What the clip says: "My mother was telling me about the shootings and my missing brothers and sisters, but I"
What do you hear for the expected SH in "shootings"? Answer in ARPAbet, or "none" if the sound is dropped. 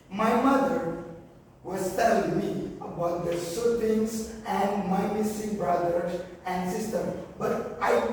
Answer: S